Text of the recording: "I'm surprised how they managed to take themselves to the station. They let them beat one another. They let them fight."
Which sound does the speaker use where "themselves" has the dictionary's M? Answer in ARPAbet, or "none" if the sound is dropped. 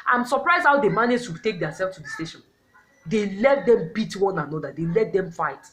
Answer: none